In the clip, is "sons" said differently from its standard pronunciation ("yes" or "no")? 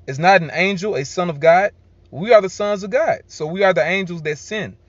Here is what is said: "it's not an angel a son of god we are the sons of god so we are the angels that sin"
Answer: no